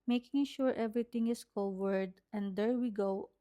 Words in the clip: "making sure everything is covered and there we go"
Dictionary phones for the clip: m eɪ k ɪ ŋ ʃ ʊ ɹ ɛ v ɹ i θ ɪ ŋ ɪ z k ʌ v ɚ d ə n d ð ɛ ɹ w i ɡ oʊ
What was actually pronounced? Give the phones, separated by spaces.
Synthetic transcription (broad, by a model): m eɪ k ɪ ŋ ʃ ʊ ɹ ɛ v ɹ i t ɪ ŋ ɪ s k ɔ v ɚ d ə n d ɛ ɹ w i ɡ oʊ